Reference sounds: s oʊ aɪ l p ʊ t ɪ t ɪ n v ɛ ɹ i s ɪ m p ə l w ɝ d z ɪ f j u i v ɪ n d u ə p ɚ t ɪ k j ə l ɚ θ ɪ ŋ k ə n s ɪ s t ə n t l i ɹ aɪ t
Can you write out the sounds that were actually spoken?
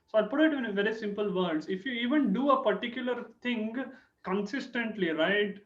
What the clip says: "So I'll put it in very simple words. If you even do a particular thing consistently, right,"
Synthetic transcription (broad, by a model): s oʊ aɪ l p ʊ t ɪ t ɪ n v ɛ ɹ i s ɪ m p ə l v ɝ d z ɪ f j u i v ɪ n d u ə p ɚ t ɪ k j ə l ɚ t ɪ ŋ k ə n s ɪ s t ə n t l i ɹ aɪ t